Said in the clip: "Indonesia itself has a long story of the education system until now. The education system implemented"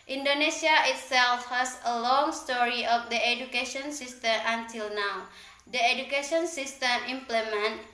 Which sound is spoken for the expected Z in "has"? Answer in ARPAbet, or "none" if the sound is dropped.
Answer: S